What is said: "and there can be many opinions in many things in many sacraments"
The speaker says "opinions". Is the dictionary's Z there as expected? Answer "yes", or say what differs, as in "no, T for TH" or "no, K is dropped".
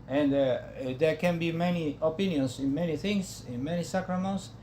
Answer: no, S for Z